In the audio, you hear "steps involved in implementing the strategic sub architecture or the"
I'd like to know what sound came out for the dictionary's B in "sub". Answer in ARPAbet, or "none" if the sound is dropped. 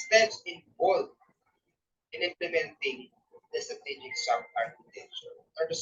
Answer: none